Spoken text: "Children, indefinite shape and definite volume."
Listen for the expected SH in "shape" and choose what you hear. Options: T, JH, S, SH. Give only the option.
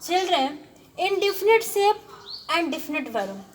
S